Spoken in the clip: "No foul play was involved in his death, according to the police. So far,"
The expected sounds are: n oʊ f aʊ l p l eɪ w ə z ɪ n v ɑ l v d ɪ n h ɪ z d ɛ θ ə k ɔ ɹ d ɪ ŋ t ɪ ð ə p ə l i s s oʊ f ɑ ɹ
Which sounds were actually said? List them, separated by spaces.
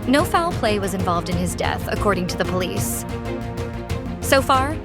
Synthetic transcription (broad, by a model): n oʊ f aʊ l p l eɪ w ə z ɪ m v ɑ l v d ɪ n ɪ z d ɛ θ ə k ɔ ɹ d ɪ ŋ t ɪ ð ə p ə l i s s oʊ f ɑ ɹ